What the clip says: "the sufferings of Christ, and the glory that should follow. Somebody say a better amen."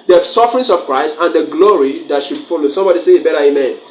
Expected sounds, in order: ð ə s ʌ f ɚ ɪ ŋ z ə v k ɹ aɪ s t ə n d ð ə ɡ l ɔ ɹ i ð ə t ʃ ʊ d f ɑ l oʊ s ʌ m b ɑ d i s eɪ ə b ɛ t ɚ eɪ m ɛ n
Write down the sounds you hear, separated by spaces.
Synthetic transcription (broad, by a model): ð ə s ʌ f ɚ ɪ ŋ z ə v k ɹ aɪ s t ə n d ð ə ɡ l ɔ ɹ i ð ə t ʃ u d f ɑ l oʊ s ʌ m b ɑ d i s eɪ ə b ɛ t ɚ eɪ m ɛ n